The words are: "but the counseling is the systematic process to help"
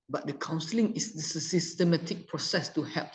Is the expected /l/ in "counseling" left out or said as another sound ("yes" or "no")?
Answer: no